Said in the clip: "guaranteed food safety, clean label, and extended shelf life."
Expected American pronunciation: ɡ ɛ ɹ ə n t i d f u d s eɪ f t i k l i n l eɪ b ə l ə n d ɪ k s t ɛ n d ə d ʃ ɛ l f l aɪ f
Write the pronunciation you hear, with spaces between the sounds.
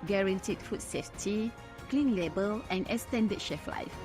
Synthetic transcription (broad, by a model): ɡ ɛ ɹ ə n t i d f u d s eɪ f t i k l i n l eɪ b ə l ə n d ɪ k s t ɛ n d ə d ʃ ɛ f l aɪ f